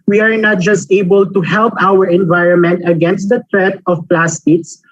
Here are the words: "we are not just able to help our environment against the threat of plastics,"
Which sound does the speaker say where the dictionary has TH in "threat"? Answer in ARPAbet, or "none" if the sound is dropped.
T